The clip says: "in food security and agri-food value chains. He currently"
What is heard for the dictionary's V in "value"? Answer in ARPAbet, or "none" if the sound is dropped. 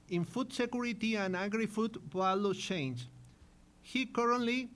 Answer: B